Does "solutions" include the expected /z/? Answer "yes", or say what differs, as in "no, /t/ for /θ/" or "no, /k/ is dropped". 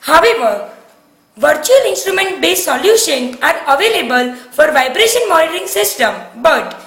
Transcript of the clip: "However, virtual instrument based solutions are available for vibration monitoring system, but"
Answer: no, /z/ is dropped